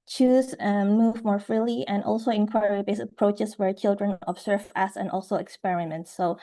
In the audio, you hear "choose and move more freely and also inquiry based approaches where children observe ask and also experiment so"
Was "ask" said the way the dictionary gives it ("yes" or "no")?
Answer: no